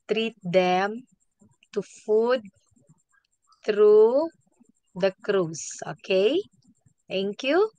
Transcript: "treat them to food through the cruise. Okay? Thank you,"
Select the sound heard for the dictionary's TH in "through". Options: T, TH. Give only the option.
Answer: T